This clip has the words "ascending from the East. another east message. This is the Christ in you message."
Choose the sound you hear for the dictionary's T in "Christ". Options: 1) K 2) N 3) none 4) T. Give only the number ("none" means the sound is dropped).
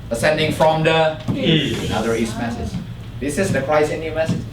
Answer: 3